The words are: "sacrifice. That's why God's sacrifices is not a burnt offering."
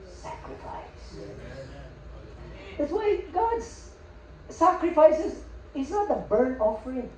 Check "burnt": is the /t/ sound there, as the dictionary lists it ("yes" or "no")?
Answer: no